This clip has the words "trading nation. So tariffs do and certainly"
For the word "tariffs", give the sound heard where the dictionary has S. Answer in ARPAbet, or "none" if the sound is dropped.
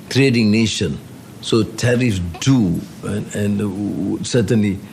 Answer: none